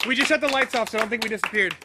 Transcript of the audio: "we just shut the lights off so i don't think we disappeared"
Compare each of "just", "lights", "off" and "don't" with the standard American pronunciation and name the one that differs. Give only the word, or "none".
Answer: none